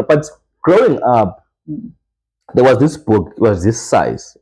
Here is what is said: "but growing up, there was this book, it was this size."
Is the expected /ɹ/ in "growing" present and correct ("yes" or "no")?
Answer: yes